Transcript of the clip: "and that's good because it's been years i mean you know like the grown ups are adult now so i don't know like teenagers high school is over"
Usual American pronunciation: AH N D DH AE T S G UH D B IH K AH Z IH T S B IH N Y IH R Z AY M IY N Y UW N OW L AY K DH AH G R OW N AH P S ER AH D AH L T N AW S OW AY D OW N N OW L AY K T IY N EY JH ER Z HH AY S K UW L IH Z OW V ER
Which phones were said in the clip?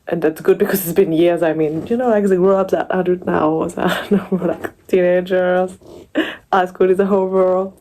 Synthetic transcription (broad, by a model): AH N DH AE T S G UH D B IH K AH Z IH T S B IH N Y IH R Z AY M IY N Y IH N OW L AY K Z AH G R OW AH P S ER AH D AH T N AW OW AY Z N N OW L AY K T IY N EY JH ER Z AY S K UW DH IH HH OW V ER